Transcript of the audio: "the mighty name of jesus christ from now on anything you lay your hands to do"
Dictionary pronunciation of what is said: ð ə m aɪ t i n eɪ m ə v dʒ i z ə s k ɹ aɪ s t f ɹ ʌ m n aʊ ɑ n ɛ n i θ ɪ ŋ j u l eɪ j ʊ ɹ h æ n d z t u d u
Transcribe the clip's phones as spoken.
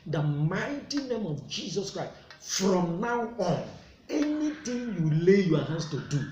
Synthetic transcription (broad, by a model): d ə m aɪ t i n eɪ m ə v dʒ i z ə s k ɹ aɪ s t f ɹ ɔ m n aʊ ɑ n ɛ n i t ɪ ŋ j u l eɪ j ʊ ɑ h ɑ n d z t u d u